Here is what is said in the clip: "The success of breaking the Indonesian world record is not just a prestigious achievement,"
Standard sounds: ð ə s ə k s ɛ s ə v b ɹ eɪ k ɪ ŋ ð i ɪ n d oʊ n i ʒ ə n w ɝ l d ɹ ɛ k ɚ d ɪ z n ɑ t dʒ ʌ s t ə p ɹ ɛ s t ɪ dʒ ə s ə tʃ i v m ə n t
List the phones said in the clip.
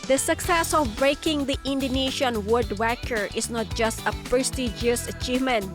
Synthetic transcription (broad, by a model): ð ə s ə k s ɛ s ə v b ɹ eɪ k ɪ ŋ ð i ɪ n d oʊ n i ʃ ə n w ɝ d w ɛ k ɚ ɪ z n ɑ t dʒ ʌ s t ə p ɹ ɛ s t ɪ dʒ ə s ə tʃ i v m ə n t